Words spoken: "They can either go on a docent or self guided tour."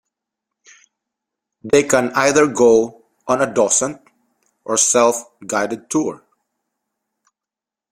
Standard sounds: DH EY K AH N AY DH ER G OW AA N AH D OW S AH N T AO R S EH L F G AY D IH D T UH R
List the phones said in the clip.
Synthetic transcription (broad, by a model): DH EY K AH N AY DH ER G OW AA N AH D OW S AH N T AO R S EH L F G AY D IH D T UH R